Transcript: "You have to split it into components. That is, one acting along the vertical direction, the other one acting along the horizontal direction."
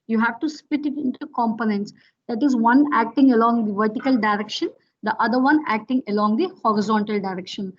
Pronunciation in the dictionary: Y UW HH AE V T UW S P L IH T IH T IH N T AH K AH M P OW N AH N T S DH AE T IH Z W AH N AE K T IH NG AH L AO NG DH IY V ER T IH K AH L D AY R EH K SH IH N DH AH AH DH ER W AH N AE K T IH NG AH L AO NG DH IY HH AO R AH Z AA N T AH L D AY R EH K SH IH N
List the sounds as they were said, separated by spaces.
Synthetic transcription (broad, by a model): Y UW HH AE V T UW S P IH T IH T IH N T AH K AH M P OW N AH N T S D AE T IH Z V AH N AE K T IH NG AH L AO NG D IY V ER T IH K AH L D AY R EH K SH IH N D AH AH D ER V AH N AE K T IH NG AH L AO NG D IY HH AO R AH Z AA N T AH L D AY R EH K SH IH N